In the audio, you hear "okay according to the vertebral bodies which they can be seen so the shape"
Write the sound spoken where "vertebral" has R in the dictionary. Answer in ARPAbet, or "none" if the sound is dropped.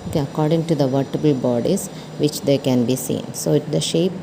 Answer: none